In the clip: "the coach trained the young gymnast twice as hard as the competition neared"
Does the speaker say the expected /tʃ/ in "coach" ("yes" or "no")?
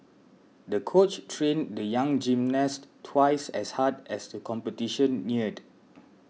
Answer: yes